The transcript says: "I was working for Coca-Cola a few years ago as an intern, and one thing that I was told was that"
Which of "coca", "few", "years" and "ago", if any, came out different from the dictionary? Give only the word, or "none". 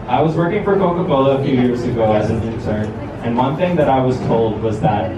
none